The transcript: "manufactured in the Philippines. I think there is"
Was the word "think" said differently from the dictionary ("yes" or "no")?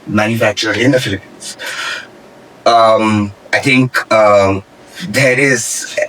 yes